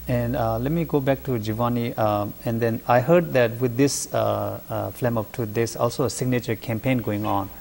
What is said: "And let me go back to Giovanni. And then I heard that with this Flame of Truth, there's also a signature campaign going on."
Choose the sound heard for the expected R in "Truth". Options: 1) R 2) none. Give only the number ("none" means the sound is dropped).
2